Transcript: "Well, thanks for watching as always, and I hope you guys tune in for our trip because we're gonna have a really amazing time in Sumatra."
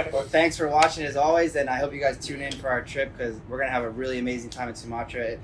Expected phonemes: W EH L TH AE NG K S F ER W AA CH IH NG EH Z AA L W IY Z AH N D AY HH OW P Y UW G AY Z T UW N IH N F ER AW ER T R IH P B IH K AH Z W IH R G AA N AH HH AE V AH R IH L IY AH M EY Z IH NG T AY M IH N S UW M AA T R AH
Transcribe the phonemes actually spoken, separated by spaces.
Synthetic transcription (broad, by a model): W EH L TH AE NG K S F ER W AA CH IH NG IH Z AA L W IY Z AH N AY HH OW P Y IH G AY Z T UW N IH N F ER AW ER T R IH P K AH Z W IH R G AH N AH V AH R IH L IY AH M EY Z IH NG T AY M IH N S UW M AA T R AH